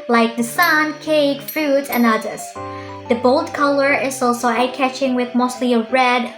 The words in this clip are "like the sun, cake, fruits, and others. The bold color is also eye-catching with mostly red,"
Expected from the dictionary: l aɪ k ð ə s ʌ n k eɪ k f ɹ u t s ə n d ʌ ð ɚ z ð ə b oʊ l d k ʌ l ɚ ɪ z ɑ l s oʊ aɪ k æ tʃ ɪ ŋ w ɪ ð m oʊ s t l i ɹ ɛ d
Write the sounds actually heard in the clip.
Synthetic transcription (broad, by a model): l aɪ k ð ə s ʌ n k eɪ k f ɹ u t ə n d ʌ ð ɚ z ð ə b oʊ l d k ʌ l ɚ ɪ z ɑ l s oʊ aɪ k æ tʃ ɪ ŋ w ɪ ð m oʊ s t l i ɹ ɛ d